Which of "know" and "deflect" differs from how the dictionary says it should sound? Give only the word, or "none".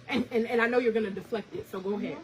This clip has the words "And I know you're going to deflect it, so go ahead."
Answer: none